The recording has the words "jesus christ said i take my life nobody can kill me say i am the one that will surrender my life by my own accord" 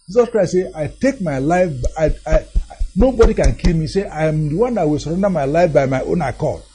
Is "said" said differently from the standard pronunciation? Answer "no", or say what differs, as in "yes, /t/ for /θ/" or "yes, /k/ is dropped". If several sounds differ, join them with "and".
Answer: yes, /d/ is dropped